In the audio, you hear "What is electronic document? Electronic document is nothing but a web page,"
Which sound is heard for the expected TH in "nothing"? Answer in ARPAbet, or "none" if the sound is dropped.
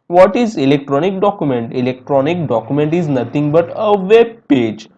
T